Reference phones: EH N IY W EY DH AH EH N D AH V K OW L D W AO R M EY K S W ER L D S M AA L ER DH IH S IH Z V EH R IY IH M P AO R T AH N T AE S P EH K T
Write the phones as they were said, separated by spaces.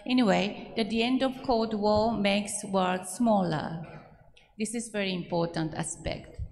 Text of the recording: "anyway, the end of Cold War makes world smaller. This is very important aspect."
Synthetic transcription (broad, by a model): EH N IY W EY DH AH EH N D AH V K OW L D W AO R M EY K S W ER D S M AA L ER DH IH S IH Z V EH R IY IH M P AO R T AH N T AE S P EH K T